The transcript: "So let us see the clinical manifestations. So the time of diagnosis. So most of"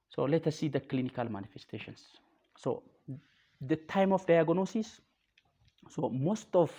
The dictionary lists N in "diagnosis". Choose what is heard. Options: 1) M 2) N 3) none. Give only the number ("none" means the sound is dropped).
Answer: 2